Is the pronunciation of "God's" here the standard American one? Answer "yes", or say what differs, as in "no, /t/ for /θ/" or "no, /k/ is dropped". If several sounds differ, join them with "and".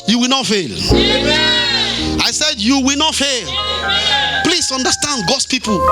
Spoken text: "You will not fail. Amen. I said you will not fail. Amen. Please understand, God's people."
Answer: no, /s/ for /z/